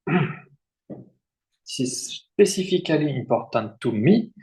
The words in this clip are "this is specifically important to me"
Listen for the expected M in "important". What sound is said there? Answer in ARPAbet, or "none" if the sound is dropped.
none